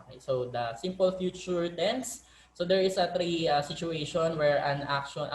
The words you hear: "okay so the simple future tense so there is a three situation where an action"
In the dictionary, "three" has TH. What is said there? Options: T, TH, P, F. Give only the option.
T